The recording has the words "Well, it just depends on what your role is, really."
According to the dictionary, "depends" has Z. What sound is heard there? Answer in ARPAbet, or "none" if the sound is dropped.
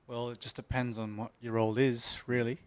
Z